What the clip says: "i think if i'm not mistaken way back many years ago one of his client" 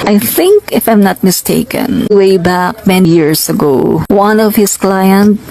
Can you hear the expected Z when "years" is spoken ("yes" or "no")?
no